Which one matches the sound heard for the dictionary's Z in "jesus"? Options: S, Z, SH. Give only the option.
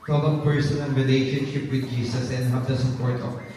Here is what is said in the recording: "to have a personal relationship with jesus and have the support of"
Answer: S